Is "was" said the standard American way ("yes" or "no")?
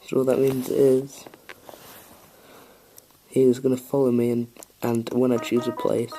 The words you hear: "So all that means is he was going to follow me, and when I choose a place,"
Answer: yes